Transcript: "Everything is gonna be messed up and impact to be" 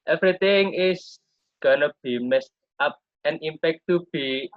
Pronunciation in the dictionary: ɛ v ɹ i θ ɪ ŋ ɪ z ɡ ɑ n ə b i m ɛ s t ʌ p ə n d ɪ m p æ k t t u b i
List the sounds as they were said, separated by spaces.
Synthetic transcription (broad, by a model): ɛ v ɹ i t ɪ ŋ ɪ s ɡ ɑ n ə b i m ɛ s t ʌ p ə n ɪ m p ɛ k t t u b i